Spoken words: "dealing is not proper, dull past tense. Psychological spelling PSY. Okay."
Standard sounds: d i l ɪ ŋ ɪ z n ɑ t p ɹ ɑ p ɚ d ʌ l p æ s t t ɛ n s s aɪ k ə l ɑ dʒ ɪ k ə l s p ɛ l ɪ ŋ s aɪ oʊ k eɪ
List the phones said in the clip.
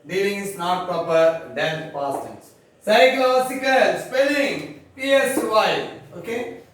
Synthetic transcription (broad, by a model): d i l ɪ ŋ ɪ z n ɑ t p ɹ ɑ p ɚ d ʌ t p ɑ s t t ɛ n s s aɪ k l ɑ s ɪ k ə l s p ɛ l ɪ ŋ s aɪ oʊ k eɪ